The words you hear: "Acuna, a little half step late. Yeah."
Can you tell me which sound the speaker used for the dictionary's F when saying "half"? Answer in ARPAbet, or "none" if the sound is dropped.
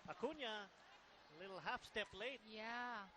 F